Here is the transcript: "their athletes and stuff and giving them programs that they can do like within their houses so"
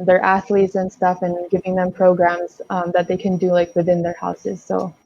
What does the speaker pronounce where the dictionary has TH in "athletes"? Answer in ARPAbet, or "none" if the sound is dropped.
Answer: TH